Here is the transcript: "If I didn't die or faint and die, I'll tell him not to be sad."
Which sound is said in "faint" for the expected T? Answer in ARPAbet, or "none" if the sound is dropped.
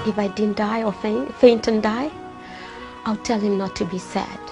T